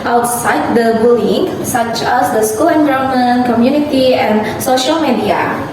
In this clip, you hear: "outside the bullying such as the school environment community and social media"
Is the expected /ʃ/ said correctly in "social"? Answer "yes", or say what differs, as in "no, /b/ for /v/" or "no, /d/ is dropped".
yes